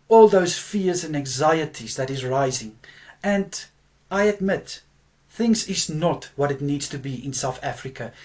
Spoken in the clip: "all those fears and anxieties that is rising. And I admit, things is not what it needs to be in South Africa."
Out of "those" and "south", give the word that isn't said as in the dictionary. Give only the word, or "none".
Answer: none